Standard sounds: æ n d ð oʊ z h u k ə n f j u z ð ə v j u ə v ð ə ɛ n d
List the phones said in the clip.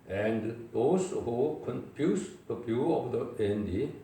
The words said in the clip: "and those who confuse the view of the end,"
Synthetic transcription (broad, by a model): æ n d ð oʊ s h u k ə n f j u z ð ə b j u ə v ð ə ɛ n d